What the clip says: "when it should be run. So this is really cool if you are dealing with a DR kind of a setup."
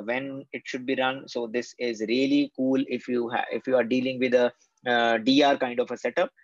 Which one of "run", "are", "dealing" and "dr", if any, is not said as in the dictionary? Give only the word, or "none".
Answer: dr